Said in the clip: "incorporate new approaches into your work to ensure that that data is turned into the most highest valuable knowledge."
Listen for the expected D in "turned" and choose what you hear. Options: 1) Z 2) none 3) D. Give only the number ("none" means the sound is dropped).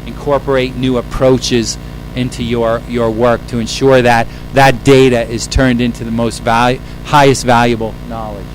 3